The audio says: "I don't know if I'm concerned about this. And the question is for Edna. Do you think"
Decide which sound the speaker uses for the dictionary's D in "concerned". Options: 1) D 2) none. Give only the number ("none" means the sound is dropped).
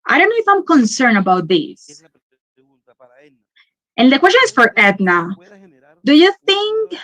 2